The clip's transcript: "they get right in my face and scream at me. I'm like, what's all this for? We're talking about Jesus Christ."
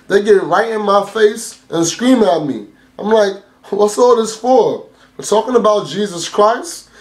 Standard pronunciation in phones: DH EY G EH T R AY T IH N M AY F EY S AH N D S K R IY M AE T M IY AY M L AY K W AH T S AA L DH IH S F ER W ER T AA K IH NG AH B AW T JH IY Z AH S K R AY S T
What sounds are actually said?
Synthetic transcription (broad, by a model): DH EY G EH T R AY T IH N M AY F EY S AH N S K R IY M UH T M IY AY M L AY K W AH T S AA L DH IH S F ER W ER T AA K IH NG AH B AW T JH IY Z AH S K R AY S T